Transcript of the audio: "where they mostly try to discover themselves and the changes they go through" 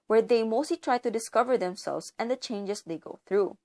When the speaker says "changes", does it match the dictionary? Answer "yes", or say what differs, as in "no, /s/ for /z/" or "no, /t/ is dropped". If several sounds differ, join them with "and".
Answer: no, /s/ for /z/